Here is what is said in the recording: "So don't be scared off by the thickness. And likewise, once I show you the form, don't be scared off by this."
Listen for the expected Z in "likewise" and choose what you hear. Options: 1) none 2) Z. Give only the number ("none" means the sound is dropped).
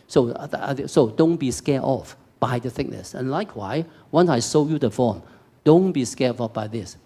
1